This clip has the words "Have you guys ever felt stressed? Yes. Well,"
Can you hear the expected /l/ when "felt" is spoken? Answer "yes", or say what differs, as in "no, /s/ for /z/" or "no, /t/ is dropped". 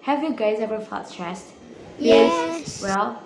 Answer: no, /l/ is dropped